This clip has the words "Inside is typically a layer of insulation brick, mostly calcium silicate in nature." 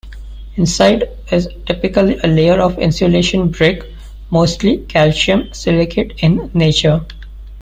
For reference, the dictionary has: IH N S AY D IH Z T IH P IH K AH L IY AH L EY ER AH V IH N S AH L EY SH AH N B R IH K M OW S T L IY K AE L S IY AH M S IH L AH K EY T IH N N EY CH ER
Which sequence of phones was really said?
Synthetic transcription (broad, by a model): IH N S AY D IH Z T IH P IH K AH L IY AH L EY ER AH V IH N S AH L EY SH AH N B R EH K M OW S T L IY K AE L SH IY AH M S IH L AH K EY T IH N N EY CH ER